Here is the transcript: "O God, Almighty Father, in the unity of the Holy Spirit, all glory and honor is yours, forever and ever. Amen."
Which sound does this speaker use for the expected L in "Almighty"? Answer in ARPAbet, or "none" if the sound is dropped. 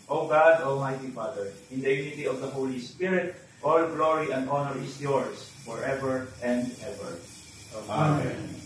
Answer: L